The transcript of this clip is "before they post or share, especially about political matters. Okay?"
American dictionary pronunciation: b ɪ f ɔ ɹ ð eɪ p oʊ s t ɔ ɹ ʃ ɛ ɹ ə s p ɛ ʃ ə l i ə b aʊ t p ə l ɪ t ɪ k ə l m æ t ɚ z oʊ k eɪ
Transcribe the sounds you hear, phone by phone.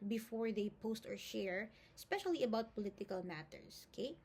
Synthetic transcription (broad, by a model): b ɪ f ɔ ɹ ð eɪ p oʊ s t ɔ ɹ ʃ ɛ ɹ s p ɛ ʃ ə l i ə b aʊ t p ə l ɪ t ɪ k ə l m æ t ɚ s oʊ k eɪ